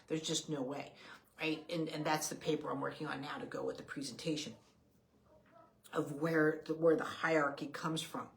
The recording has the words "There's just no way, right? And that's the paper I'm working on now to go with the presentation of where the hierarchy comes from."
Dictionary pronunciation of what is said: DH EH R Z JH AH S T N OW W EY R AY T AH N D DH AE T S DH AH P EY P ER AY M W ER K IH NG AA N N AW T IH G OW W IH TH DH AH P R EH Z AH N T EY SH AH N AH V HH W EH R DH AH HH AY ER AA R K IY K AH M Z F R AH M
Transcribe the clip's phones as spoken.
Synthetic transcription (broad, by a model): DH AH R Z JH AH S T N OW W EY R AY T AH N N DH AE T S DH AH P EY P ER AY M W ER K IH NG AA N N AW T IH G OW W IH DH AH P R EH Z AH N T EY SH AH N AH V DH W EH R DH AH HH AY AA R K IY K AH M Z F R AH M